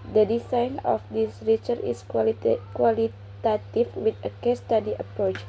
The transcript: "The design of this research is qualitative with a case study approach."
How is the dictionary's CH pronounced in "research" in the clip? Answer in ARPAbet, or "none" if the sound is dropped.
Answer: none